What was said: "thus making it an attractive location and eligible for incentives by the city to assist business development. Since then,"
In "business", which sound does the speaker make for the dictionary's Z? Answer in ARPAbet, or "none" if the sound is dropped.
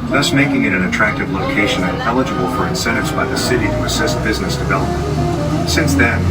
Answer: Z